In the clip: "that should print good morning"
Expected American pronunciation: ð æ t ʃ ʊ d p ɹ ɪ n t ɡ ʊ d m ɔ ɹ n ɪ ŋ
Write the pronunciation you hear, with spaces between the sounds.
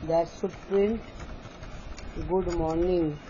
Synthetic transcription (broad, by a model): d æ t s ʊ p ɹ ɪ n t ɡ ʊ d m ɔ ɹ n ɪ ŋ